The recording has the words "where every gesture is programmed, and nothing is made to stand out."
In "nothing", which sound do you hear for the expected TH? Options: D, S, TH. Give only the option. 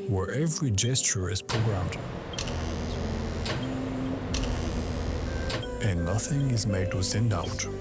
TH